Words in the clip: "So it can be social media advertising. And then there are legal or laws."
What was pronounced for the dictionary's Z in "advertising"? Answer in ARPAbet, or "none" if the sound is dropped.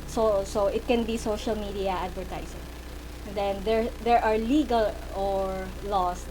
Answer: S